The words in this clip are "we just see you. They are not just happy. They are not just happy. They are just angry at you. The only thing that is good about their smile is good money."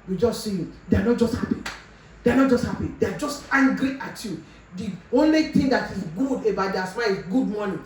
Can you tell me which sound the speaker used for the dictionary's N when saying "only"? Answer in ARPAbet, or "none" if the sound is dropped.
N